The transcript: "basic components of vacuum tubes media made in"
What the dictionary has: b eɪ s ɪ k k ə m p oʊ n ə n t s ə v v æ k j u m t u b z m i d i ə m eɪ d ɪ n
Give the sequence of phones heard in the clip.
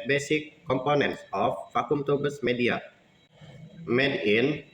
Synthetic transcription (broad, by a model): b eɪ s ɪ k k ə m p oʊ n ə n t s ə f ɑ k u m t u b s m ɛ d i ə m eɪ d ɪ n